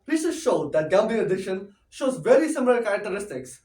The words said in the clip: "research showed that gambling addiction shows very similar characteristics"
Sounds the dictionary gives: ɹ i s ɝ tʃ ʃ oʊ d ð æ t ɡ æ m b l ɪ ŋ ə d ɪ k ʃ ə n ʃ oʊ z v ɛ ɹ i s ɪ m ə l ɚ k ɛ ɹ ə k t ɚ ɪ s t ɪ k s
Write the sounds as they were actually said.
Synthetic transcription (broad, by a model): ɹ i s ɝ ʃ oʊ d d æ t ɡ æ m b ɪ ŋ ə d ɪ ʃ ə n ʃ oʊ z v ɛ ɹ i s ɪ m ə l ɚ k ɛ ɹ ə k t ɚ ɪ s t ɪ k s